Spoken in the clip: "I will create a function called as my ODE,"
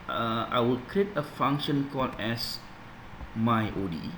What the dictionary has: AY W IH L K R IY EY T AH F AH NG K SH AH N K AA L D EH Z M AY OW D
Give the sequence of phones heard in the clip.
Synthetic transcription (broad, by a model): AY W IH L K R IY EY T AH F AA NG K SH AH N K AA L EH S M AY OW D